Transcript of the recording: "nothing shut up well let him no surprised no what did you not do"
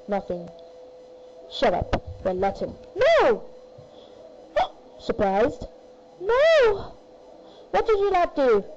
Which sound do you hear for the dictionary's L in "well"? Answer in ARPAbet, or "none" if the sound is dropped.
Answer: N